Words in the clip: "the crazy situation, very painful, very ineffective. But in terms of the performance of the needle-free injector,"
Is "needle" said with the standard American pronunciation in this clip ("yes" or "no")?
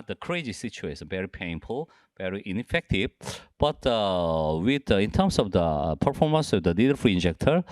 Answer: no